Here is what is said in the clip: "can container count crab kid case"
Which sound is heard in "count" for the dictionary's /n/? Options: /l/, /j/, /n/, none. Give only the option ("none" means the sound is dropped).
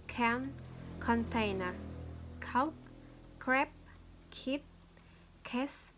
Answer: none